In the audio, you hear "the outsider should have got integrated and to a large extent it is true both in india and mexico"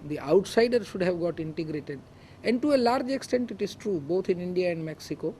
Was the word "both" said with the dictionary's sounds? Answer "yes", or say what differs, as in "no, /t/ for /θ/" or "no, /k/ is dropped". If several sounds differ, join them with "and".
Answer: no, /t/ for /θ/